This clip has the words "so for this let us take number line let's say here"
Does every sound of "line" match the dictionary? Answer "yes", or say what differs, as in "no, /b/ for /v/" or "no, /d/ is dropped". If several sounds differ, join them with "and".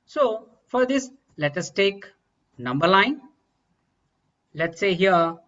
no, /n/ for /l/